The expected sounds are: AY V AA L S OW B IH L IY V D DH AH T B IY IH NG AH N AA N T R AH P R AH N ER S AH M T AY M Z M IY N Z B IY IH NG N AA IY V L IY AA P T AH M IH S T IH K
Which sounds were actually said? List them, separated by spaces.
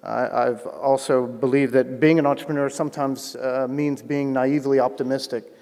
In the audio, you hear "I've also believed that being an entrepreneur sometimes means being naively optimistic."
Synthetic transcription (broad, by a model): AY V AA L S OW B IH L IY V DH AH T B IY IH NG AH N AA N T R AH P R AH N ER S AH M T AY M Z M IY N Z B IY IH NG N AA IY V L IY AA P T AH M IH S T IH K